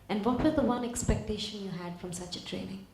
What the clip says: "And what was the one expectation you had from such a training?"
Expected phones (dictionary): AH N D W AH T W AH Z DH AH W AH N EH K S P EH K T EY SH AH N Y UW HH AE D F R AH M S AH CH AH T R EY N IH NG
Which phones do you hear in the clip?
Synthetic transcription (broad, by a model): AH N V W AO T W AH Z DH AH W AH N EH K S P EH K T EY SH AH N Y UW HH AE D F R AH M S AH CH AH T R EY N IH NG